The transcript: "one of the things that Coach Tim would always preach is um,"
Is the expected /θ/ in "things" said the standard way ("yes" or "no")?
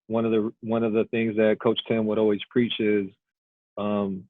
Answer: yes